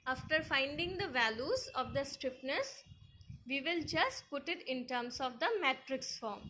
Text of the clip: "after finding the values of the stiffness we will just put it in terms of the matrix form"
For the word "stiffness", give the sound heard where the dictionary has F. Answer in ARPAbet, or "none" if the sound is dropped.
P